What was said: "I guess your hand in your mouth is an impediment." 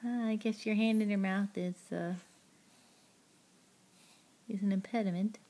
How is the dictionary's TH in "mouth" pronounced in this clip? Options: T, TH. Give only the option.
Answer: TH